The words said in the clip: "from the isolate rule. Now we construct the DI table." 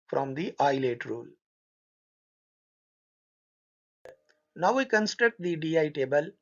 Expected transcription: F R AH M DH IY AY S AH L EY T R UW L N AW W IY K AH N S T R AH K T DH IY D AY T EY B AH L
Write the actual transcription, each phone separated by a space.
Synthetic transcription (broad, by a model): F R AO M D IY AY AH L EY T R UW L N AW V IY K AH N S T R AH K T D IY D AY T EY B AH L